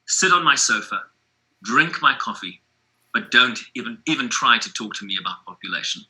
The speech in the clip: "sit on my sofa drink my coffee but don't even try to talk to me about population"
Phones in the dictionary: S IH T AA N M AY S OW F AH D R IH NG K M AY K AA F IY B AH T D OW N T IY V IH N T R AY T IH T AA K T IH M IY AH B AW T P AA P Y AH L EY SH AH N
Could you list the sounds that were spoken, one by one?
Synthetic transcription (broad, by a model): S IH T N M AY S OW F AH D R IH NG K M AY K AA F IY B AH T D OW N T IY V IH N T R AY T IH T AA K T IH M IY AH B AW T P AA P Y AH L EY SH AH N